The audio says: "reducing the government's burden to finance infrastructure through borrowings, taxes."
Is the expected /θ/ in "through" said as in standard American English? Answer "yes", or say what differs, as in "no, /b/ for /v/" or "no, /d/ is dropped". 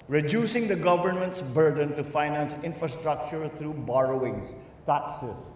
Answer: no, /t/ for /θ/